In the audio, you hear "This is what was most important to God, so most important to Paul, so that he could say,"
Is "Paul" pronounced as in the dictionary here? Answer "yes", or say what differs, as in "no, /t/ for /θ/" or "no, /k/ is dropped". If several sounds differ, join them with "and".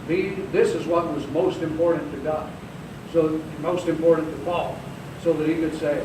no, /f/ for /p/